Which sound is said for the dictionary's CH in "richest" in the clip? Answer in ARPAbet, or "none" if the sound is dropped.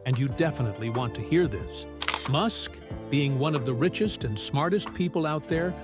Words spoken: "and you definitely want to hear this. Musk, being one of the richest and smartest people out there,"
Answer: CH